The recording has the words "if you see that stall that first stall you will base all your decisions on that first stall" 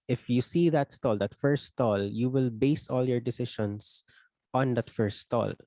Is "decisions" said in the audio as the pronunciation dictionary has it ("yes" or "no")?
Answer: no